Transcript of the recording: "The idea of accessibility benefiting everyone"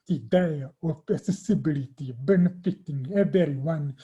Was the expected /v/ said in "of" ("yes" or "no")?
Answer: no